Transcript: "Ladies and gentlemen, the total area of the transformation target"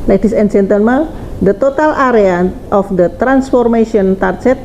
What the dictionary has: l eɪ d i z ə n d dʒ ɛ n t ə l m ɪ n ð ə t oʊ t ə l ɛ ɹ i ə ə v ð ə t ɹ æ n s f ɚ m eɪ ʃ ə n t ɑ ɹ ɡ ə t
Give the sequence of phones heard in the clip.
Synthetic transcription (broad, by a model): l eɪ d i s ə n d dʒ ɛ n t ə n m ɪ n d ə t oʊ t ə l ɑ ɹ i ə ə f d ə t ɹ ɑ n s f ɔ m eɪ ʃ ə n t ɑ ɹ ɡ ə t